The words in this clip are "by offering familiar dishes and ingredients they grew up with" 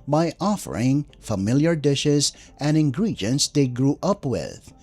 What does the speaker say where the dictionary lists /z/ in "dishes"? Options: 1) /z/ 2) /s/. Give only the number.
1